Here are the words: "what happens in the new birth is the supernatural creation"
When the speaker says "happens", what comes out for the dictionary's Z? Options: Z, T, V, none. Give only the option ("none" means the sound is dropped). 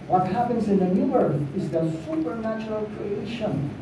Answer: Z